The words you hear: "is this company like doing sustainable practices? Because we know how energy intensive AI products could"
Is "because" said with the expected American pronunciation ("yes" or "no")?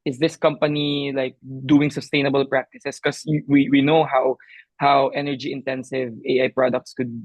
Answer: no